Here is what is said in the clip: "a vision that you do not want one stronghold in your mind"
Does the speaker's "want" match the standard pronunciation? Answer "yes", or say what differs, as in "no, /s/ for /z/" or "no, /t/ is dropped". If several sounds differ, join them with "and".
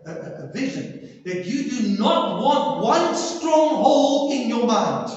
yes